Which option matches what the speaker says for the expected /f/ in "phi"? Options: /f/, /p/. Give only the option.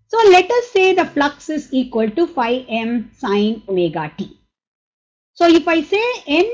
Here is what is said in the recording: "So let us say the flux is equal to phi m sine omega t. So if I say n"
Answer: /f/